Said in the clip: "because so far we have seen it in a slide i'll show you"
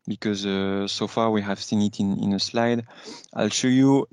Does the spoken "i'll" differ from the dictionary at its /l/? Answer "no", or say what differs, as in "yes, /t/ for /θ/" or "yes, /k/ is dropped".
no